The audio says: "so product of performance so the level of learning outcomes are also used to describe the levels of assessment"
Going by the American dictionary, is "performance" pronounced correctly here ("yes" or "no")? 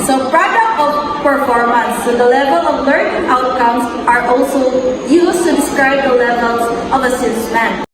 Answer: no